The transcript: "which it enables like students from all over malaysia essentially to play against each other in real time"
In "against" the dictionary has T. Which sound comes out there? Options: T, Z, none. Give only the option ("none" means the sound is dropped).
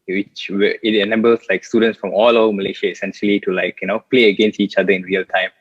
T